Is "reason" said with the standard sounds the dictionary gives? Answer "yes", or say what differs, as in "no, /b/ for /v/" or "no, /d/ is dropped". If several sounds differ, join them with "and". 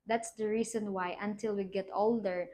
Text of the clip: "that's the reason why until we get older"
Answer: no, /s/ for /z/